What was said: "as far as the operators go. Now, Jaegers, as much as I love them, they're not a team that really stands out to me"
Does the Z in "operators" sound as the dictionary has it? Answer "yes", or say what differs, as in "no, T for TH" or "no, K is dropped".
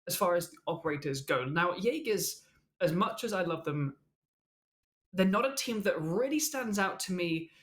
yes